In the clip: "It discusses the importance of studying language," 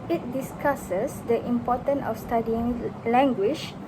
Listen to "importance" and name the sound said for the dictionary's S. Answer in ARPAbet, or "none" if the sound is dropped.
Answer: none